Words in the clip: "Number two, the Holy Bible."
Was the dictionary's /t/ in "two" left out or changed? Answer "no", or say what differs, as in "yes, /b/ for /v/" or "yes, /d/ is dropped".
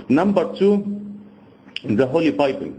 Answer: yes, /s/ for /t/